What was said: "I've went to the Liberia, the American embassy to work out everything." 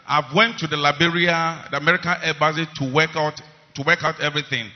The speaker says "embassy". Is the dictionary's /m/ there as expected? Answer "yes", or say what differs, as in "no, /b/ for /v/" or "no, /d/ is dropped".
no, /m/ is dropped